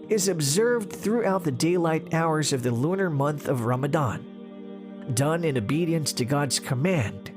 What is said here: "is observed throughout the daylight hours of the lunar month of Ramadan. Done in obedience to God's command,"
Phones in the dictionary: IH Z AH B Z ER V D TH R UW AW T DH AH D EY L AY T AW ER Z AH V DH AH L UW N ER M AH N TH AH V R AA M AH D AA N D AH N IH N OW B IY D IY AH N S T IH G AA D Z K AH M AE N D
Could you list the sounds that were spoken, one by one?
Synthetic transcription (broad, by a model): IH Z AH B Z ER V D TH R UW AW T DH AH D EY L AY T AW ER Z AH V DH AH L UW N ER M AH N TH AH V R AA M AH D AA N D AH N IH N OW B IY D IY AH N S T IH G AA D Z K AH M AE N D